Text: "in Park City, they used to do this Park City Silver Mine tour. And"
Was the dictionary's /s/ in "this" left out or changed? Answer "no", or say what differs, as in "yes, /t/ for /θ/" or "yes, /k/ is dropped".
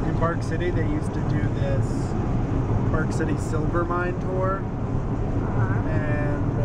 no